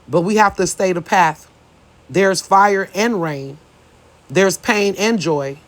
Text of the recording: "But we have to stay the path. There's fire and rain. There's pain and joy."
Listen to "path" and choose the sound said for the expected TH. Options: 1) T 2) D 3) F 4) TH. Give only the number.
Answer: 4